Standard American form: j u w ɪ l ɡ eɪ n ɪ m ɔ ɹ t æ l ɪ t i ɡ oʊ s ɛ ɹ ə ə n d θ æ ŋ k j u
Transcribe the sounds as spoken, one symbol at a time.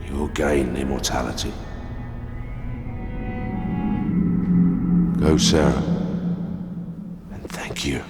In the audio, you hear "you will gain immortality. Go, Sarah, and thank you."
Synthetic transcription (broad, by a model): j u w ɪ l ɡ eɪ n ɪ m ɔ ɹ t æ l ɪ t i ɡ oʊ s ɛ ɹ ə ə n θ æ ŋ k j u